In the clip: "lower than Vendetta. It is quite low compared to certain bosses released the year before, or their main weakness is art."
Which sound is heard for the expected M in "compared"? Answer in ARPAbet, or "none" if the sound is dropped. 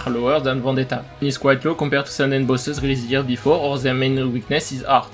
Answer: none